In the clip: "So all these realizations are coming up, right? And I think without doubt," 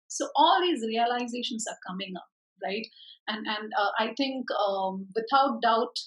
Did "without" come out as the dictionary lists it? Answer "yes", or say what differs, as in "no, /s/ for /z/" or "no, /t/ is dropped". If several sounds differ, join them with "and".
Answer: no, /t/ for /θ/